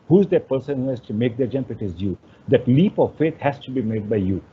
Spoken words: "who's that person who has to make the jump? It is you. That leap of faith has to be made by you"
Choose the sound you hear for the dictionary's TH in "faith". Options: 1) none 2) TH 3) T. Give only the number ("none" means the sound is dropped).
3